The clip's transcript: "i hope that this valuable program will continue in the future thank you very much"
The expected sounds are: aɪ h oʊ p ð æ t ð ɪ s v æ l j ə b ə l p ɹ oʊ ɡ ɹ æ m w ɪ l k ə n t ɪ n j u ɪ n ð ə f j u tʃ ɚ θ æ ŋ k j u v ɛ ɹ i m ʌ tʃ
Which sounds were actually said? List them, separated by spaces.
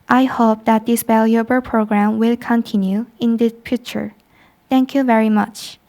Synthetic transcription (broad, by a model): aɪ h oʊ p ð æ t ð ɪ s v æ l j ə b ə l p ɹ oʊ ɡ ɹ æ m w ɪ l k ə n t ɪ n j u ɪ n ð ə p j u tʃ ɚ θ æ ŋ k j u v ɛ ɹ i m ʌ tʃ